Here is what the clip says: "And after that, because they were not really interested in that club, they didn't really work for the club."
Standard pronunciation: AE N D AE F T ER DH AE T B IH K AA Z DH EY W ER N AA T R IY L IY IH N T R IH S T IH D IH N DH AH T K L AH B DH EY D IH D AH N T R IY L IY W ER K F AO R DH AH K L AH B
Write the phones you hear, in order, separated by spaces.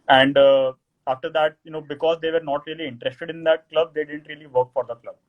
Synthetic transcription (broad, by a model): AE N D AE F T ER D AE T B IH K AA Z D EY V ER N AA T R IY L IY IH N T R IH S T IH D IH N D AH T K L AH B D EY D IH D AH N T R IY L IY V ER K F AO R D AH K L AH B